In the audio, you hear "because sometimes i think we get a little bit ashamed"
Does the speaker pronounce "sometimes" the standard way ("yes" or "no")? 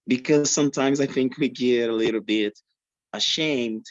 yes